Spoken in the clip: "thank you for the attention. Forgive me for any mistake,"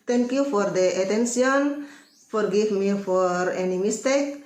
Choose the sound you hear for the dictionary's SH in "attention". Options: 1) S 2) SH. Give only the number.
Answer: 1